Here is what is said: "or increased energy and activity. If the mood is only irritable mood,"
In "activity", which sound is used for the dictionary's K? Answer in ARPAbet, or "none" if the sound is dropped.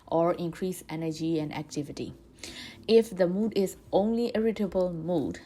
K